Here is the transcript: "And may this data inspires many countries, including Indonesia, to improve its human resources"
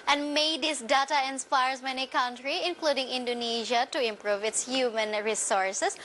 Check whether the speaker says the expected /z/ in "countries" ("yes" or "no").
no